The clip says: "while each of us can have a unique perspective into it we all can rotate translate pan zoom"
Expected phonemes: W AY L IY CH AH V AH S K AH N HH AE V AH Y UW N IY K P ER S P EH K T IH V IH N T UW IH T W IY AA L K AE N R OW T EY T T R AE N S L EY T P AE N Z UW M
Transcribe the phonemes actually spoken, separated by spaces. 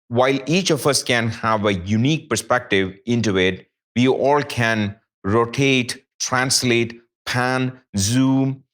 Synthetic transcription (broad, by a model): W AY L IY CH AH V AH S K AH N HH AE V AH Y UW N IY K P ER S P EH K T IH V IH N T UW IH T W IY AA L K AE N R OW T EY T T R AE N S L EY T P AE N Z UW M